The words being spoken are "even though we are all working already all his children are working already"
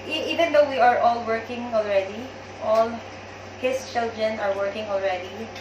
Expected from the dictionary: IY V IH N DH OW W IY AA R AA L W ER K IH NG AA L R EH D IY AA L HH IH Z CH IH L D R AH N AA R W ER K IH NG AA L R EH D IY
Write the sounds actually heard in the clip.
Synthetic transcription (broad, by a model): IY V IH N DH OW W IY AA R AA L W ER K IH NG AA L R EH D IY AA L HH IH S CH IH L D R AH N AA R W ER K IH NG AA L R EH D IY